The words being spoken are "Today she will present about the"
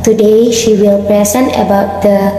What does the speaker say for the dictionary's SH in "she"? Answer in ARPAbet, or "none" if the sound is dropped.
SH